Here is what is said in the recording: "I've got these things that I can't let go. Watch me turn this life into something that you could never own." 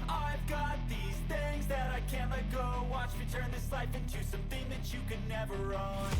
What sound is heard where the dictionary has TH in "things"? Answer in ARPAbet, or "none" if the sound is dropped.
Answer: TH